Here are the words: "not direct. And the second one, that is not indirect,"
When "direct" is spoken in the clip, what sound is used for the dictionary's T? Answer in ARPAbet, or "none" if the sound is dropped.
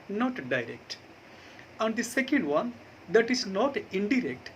T